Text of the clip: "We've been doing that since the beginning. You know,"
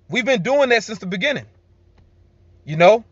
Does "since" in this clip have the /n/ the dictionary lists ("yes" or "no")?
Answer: yes